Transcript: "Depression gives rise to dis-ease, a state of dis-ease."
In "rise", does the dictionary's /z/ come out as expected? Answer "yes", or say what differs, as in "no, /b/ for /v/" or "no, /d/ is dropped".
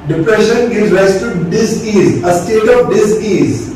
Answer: no, /s/ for /z/